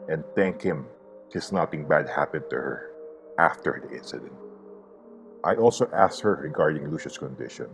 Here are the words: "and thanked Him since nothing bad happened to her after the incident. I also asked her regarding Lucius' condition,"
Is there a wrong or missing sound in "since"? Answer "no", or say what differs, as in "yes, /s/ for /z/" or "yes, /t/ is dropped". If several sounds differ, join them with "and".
yes, /n/ is dropped